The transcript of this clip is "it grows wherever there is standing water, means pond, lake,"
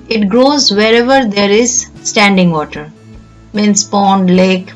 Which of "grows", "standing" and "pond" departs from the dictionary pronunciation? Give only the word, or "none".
none